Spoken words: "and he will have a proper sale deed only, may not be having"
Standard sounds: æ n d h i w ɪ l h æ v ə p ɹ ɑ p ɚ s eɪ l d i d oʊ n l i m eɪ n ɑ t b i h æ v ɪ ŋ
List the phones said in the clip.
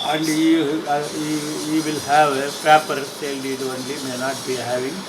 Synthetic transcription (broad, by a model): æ n d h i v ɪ l h æ v ə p ɑ p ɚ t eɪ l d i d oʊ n l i m eɪ n ɑ t b i h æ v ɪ ŋ